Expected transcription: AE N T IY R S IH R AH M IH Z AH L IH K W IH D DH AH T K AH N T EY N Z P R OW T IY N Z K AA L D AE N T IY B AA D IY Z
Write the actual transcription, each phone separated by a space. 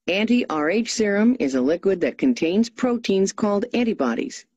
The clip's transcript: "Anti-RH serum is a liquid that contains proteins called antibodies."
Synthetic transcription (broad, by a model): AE N T IY R S IH R AH M IH Z AH L IH K W IH D DH AH T K AH N T EY N Z P R OW T IY N Z K AA L D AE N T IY B AA D IY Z